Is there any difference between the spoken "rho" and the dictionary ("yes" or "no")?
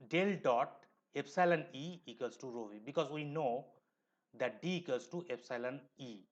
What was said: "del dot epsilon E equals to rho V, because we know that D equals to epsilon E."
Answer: no